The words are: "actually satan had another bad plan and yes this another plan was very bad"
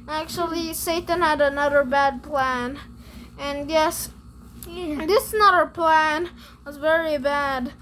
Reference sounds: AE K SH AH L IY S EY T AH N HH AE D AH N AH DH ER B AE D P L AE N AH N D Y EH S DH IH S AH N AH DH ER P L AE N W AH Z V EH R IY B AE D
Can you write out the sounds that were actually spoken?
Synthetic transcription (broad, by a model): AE K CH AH L IY S EY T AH N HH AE D AH N AH DH ER B AE D P L AE N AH N Y EH S DH IH S N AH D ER P L AE N W AH Z V EH R IY B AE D